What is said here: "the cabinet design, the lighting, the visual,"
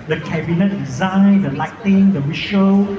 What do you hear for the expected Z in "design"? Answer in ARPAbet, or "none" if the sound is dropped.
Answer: Z